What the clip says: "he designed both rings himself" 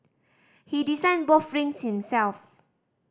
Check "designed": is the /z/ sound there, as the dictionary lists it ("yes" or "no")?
no